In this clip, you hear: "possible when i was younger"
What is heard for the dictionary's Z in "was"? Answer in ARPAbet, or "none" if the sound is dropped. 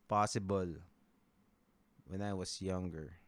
S